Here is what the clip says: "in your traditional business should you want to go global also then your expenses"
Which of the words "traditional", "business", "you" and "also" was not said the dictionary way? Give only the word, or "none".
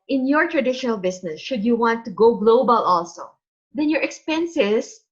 business